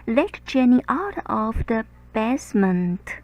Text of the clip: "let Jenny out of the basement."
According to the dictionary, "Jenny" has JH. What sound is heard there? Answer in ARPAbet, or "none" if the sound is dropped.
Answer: CH